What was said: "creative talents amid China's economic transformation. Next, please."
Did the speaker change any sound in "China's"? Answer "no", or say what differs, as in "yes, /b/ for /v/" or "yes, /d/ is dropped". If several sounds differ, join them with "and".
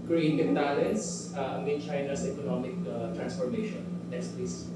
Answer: yes, /s/ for /z/